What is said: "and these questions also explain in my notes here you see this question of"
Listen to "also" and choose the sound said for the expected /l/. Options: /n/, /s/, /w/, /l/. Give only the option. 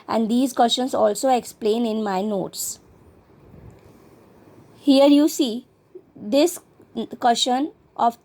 /l/